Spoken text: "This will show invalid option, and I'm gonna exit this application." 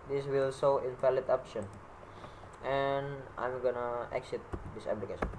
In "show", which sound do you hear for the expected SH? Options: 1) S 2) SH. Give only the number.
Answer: 1